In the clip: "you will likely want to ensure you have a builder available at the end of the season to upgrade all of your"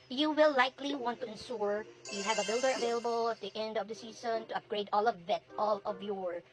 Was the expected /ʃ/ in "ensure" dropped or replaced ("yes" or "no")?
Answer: yes